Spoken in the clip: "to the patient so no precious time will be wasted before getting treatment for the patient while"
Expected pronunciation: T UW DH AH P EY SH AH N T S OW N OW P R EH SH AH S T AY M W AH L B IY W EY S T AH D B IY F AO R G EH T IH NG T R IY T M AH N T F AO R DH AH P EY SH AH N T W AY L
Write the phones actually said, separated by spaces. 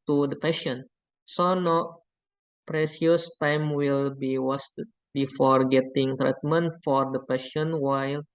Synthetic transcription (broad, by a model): T UW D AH P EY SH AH N S OW N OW P R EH S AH S T AY M W AH L B IY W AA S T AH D B IY F AO R G EH T IH NG T R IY T M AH N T F AO R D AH P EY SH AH N W AY L